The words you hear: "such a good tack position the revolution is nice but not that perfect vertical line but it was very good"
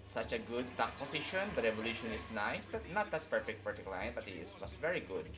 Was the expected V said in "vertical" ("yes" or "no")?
no